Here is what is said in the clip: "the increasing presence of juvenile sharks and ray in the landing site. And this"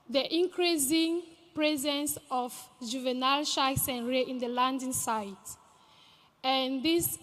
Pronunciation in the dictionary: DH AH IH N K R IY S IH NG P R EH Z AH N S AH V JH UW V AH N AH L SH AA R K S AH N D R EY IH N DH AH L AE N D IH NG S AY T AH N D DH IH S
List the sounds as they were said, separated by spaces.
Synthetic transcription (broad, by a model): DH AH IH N K R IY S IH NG P R EH Z AH N S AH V JH UW V AH N AH L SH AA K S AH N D R EY IH N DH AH L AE N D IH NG S AY T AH N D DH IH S